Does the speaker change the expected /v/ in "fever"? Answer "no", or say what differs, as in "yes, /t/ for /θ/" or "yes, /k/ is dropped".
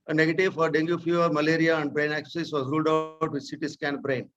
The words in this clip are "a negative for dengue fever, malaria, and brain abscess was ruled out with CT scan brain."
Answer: yes, /f/ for /v/